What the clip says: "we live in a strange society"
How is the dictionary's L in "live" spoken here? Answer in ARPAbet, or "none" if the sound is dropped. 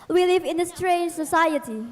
L